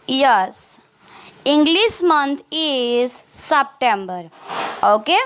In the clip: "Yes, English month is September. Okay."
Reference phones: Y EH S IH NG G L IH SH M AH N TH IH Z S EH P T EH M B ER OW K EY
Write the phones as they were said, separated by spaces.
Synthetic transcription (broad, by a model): Y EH S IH NG G L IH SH M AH N T IH Z S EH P T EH M B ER OW K EY